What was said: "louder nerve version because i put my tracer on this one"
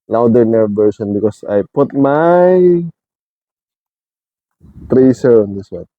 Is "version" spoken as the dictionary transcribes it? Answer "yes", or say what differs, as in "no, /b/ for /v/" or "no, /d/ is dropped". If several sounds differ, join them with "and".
no, /s/ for /ʒ/